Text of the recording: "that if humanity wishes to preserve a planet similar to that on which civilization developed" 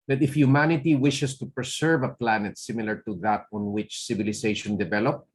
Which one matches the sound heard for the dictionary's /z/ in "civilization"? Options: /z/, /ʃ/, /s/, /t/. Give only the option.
/s/